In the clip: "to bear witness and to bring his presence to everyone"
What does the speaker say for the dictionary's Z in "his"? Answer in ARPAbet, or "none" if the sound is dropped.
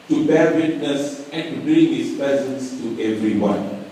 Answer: S